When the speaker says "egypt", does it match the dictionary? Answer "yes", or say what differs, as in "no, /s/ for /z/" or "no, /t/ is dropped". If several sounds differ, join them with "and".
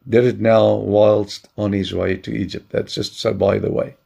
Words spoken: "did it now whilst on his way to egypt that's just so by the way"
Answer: yes